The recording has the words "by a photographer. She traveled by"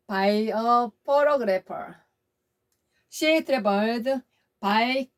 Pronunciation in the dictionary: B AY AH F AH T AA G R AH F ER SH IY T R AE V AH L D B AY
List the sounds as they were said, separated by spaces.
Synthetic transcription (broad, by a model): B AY AH P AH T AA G R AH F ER SH IY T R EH B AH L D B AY